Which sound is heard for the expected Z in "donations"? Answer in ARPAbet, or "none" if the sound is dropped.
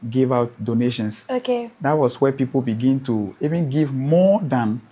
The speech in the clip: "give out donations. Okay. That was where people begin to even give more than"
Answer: S